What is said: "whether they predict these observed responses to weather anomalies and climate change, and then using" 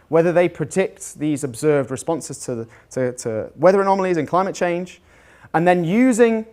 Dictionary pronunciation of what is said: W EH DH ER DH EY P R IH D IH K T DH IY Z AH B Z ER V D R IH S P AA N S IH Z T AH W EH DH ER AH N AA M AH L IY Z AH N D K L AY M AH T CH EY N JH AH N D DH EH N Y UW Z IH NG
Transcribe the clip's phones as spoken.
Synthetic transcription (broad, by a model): W EH DH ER DH EY P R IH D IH K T DH IY Z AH B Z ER V D R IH S P AA N S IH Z T AH W EH DH ER AH N AA M AH L IY Z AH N K L AY M AH T CH EY N JH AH N DH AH N Y UW Z IH NG